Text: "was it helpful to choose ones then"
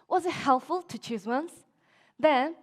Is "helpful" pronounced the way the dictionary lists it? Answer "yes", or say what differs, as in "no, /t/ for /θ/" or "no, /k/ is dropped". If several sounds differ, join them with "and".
yes